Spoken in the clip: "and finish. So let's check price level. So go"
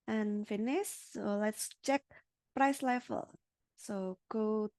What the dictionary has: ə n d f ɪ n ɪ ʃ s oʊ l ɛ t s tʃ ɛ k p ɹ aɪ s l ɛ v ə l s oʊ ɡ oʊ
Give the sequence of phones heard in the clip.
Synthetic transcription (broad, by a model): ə n f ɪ n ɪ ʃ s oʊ l ɛ t s tʃ ɛ k p ɹ aɪ s l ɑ f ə l s oʊ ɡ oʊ